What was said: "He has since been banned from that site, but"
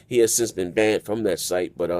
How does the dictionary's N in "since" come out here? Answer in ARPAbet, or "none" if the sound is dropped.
N